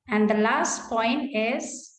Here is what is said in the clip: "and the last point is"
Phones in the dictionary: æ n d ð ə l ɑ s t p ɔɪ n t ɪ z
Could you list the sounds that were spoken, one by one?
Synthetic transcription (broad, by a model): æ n d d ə l ɑ s t p ɔɪ n t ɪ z